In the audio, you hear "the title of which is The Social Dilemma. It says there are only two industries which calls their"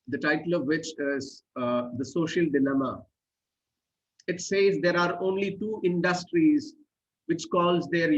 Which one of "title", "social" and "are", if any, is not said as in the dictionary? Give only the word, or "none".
none